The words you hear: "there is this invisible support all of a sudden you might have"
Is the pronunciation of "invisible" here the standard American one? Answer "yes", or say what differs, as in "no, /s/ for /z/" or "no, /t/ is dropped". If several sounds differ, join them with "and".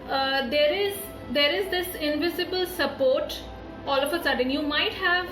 yes